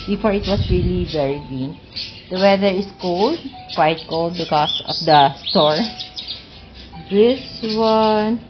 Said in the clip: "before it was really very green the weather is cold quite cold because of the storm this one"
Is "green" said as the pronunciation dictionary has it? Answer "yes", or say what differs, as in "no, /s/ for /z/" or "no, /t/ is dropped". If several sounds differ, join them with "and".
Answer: no, /ɹ/ is dropped